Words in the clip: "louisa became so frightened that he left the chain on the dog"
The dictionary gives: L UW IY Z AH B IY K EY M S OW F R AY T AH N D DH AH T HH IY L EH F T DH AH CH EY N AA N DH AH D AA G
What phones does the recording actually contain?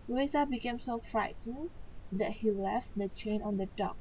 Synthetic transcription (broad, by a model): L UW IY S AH B IY K EY M S OW F R AY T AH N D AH T HH IY L EH F T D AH CH EY N AA N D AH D AA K